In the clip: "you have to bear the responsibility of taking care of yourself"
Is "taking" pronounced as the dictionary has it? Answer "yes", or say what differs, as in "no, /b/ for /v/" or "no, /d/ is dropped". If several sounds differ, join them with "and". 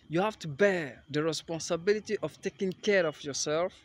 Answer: yes